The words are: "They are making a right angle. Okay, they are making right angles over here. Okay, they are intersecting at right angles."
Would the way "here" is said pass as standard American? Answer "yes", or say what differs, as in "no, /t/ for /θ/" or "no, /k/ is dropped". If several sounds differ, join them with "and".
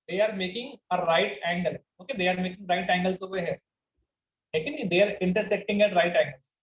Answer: no, /l/ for /ɹ/